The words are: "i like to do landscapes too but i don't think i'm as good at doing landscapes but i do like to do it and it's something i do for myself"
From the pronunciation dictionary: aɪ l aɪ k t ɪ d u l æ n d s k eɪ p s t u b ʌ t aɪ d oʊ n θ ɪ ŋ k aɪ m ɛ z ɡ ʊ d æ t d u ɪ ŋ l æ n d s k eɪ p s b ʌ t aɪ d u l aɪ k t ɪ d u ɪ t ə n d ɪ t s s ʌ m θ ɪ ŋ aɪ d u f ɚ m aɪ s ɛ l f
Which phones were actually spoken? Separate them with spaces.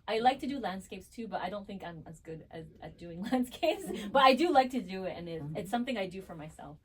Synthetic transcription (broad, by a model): aɪ l aɪ k t ɪ d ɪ l æ n d s k eɪ p s t u b ʌ t aɪ d oʊ n θ ɪ ŋ k aɪ m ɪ z ɡ ʊ d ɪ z d u ɪ ŋ l æ n d s k eɪ p s b ʌ t aɪ d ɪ l aɪ k t ɪ d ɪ ɪ t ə n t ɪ t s s ʌ m θ ɪ ŋ aɪ d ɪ f ɚ m aɪ s ɛ l f